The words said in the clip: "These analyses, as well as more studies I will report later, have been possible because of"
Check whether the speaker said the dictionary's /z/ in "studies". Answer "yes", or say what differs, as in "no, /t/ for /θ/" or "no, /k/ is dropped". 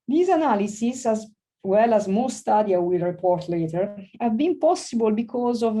no, /z/ is dropped